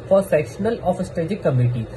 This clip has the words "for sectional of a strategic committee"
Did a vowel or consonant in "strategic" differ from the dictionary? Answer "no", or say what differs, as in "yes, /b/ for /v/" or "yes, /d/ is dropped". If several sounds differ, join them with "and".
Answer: yes, /ɹ/ is dropped